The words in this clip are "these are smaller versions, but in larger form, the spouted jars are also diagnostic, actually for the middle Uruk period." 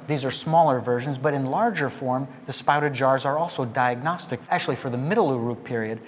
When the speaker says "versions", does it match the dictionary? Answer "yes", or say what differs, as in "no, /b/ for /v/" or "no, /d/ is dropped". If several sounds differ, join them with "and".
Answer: yes